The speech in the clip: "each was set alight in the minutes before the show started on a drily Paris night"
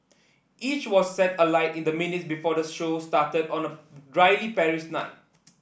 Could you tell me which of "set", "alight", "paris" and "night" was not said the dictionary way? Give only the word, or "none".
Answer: paris